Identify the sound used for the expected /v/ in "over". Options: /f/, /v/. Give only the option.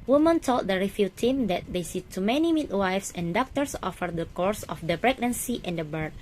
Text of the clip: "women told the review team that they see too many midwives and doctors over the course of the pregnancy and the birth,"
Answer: /f/